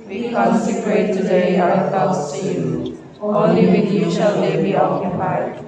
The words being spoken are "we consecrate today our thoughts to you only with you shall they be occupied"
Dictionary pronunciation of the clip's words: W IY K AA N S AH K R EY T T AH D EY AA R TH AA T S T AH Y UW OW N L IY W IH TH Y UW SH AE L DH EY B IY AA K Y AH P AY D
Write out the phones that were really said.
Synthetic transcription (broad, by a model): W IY K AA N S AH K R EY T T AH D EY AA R T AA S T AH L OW L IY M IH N Y UW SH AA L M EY B IY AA K Y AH P AY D